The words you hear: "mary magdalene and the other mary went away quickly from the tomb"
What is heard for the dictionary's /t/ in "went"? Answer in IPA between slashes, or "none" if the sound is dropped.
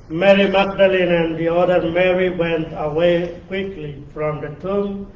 /t/